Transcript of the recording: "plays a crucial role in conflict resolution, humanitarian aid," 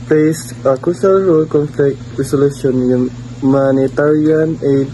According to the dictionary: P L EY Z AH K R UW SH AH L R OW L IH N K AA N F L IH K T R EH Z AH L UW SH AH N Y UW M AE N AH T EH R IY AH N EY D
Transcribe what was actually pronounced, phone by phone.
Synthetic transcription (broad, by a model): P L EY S AH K UW S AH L R OW L K AA N F L IH K T R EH S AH L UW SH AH N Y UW M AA N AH T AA R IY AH N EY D